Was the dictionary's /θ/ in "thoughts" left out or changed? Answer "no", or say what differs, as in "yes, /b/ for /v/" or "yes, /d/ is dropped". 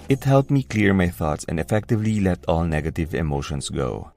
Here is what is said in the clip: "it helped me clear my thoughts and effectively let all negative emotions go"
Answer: no